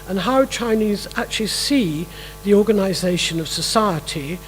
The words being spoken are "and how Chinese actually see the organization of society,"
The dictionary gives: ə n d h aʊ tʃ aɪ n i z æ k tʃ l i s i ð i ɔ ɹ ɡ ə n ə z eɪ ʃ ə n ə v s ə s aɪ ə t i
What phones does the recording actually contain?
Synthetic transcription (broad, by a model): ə n h aʊ tʃ aɪ n i z æ k tʃ l i s i ð i ɔ ɹ ɡ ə n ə z eɪ ʃ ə n ə v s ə s aɪ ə t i